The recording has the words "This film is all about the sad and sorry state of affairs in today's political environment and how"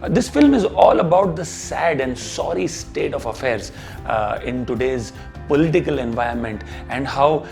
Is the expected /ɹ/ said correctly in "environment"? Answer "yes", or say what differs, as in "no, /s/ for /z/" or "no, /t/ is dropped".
no, /ɹ/ is dropped